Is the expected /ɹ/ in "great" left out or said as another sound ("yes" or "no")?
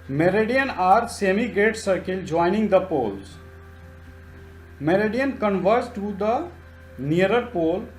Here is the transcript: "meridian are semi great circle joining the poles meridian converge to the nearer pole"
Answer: yes